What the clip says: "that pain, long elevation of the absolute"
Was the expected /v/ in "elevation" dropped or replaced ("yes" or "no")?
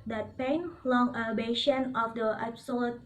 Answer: yes